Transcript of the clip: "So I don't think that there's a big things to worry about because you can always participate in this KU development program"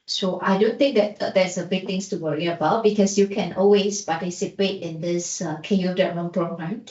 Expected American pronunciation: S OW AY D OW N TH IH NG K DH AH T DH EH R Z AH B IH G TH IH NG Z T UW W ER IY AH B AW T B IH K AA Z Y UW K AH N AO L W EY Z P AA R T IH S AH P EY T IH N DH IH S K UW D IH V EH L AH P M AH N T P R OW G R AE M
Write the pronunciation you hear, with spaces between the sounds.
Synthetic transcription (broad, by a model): S OW AY D OW N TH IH NG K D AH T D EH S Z AH B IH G T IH NG S T UW W ER IY AH B AW T B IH K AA S Y UW K AH N AO L W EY S P AA T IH S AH P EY T IH N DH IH S K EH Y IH EH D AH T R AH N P R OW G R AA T